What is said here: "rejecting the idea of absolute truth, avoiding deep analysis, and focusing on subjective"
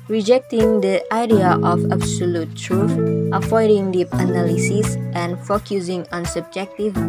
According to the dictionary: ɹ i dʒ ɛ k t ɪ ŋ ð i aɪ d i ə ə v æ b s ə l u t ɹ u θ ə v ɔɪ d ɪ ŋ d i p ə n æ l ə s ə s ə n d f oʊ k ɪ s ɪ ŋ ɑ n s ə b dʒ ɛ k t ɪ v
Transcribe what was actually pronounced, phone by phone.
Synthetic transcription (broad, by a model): ɹ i dʒ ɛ k t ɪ ŋ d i aɪ d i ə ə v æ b s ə l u t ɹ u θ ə f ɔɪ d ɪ ŋ d i p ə n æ l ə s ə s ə n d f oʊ k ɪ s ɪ ŋ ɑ n s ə b dʒ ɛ k t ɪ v